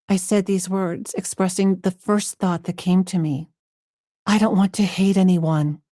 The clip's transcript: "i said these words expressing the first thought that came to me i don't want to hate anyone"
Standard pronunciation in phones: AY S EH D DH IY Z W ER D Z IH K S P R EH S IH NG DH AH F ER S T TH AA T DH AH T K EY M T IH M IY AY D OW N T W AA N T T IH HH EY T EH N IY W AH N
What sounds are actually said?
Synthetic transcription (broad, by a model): AY S EH D DH IY Z W ER D Z IH K S P R EH S IH NG DH AH F ER S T TH AA T DH AH T K EY M T IH M IY AY D OW N T W AA N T T IH HH EY T EH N IY W AH N